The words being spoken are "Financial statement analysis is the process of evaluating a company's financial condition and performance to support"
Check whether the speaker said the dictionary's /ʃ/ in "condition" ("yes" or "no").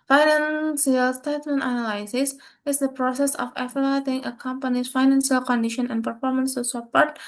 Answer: yes